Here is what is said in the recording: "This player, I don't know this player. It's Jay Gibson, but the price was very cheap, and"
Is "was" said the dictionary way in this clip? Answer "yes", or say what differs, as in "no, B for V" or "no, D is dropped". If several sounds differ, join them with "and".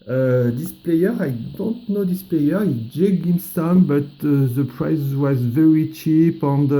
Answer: yes